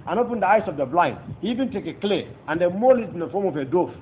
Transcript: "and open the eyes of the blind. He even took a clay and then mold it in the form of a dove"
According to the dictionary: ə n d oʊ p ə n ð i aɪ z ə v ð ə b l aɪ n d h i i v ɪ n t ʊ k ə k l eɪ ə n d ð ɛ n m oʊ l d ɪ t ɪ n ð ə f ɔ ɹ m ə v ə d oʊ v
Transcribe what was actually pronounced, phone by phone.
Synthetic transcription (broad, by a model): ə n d oʊ p ə n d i aɪ s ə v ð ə b l aɪ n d h i i v ɪ n t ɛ k ə k l eɪ ə n d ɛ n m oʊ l ɪ t ɪ n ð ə f ɔ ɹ m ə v ə d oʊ